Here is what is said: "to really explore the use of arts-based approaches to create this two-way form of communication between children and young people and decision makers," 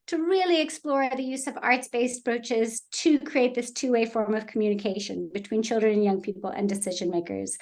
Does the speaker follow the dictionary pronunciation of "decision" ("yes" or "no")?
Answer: yes